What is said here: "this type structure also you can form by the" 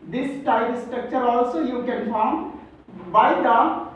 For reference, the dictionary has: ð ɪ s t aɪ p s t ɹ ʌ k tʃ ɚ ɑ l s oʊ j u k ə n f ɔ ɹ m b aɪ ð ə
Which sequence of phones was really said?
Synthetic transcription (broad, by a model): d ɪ s t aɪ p s t ɹ ʌ k tʃ ɚ ɑ l s oʊ j u k ə n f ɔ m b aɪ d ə